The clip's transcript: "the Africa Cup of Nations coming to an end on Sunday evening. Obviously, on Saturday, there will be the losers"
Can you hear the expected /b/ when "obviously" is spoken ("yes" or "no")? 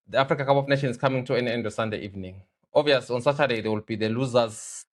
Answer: no